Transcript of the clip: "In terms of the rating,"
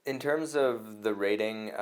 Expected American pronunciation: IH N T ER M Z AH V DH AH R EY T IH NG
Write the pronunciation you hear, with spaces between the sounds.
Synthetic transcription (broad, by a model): IH N T ER M Z AH V DH AH R EY T IH NG